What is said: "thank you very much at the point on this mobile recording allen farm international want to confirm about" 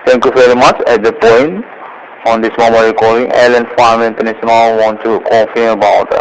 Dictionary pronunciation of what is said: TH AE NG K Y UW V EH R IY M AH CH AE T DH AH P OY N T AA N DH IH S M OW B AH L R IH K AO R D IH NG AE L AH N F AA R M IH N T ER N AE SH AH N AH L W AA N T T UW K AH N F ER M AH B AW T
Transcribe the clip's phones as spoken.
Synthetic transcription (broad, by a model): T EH NG K Y UW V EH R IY M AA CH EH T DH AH P OY N T AA N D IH S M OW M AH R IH K AO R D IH NG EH L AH N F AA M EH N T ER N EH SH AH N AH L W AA N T T UW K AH F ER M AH B AW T